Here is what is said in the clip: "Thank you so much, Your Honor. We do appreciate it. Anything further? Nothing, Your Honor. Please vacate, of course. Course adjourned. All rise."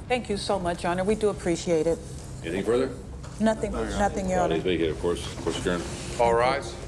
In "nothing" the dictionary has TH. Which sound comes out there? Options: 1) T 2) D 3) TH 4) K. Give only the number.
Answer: 3